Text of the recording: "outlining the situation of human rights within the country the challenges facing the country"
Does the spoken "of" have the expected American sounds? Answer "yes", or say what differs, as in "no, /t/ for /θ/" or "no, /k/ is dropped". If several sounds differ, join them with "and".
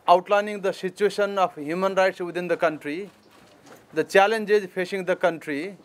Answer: no, /p/ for /v/